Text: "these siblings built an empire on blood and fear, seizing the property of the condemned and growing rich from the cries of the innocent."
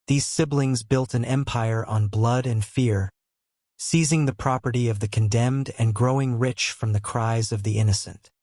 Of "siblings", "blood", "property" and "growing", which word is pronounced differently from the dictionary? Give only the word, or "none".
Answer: none